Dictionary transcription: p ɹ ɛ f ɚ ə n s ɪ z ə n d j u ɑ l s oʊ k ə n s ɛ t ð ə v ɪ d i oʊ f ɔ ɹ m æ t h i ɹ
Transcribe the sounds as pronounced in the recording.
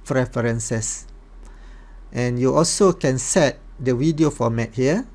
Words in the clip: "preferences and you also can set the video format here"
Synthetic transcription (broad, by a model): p ɹ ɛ f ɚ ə n s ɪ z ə n j u ɑ l s oʊ k ə n s ɛ t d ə w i d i oʊ f ɔ m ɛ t h i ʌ